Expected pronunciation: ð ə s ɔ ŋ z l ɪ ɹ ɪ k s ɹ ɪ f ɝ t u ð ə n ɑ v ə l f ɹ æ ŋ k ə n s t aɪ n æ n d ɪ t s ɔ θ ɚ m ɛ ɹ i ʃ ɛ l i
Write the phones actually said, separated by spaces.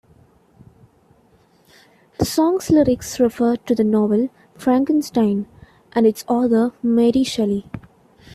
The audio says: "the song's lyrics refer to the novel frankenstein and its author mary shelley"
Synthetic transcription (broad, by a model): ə s ɔ ŋ s l ɪ ɹ ɪ k s ɹ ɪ f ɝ t u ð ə n ɑ v ə l f ɹ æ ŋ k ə n s t aɪ n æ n d ɪ t s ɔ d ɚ m ɛ ɹ i ʃ ɛ l i